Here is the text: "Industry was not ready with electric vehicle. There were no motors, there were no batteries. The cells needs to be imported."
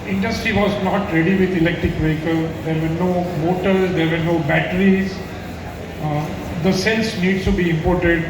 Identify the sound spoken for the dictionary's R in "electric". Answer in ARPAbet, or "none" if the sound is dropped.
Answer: R